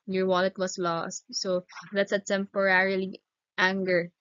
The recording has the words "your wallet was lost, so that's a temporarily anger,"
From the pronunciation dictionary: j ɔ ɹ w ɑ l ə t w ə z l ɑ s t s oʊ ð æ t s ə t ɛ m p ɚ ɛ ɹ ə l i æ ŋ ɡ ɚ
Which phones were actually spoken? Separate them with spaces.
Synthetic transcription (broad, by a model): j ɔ ɹ w ɑ l ə t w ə s l ɑ s t s oʊ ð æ t s ə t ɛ m p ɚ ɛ ɹ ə l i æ ŋ ɡ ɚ